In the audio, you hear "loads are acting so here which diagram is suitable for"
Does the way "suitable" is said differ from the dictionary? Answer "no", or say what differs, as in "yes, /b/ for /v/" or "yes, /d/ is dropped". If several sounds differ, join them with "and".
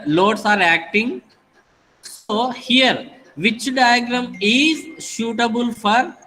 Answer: yes, /ʃ/ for /s/